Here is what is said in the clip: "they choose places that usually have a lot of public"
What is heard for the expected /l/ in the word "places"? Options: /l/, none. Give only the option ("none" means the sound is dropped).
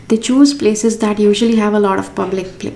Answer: /l/